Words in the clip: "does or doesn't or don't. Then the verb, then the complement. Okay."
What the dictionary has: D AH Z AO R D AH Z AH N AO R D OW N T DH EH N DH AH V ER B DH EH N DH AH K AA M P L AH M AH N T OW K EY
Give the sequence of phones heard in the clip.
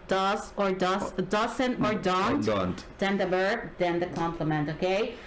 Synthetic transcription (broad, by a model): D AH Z AO R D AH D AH N AO R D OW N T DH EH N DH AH B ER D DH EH N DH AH K AA M P L AH M AH N T OW K EY